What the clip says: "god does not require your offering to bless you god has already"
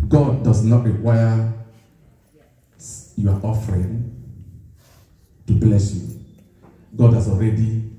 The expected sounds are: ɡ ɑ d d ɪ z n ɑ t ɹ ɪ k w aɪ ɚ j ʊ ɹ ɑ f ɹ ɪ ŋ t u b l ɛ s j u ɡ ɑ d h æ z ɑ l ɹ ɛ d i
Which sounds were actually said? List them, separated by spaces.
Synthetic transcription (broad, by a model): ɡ ɑ d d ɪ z n ɑ t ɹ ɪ w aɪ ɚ j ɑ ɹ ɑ f ɹ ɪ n t u b l ɛ s j u ɡ ɑ d h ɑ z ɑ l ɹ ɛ d i